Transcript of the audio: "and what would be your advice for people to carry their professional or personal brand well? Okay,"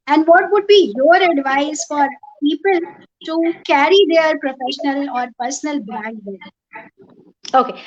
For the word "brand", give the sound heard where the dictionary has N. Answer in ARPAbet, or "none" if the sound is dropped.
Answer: none